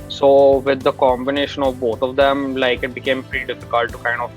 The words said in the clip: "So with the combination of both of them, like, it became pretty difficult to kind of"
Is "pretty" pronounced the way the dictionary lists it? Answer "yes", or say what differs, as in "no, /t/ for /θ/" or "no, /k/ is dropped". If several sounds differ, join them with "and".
no, /ɹ/ is dropped